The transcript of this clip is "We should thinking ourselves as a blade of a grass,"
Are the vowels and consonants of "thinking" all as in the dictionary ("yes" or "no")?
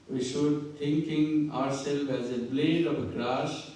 no